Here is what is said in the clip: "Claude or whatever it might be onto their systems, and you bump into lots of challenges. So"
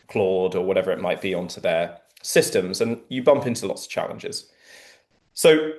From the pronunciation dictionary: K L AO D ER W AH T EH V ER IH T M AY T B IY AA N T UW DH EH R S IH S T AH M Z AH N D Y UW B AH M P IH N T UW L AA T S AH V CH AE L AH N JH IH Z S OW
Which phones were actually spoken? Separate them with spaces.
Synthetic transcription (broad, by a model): K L AO D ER W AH T EH V ER IH T M AY T B IY AA N T UW DH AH S IH S T AH M Z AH N Y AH B AH M P IH N T UW L AA T S AH V CH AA L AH N JH IH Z S OW